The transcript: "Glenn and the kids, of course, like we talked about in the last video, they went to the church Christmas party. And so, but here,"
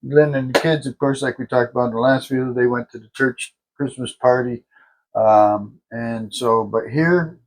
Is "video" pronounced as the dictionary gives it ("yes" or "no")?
no